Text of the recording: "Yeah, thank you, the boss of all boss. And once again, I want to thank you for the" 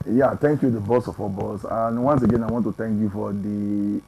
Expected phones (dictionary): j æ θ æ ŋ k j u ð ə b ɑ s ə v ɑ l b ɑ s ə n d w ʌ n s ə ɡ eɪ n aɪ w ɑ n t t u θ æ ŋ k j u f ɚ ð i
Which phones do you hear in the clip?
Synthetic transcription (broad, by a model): j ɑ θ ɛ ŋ k j u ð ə b ɑ s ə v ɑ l b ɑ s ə n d w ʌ n s ə ɡ eɪ n aɪ w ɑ n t t u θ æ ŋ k j u f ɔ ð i